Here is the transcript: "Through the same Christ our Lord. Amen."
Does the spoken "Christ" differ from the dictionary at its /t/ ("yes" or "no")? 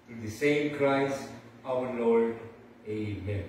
yes